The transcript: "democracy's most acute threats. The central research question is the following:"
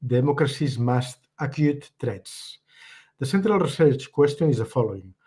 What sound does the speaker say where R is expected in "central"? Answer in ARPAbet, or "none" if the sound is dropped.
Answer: R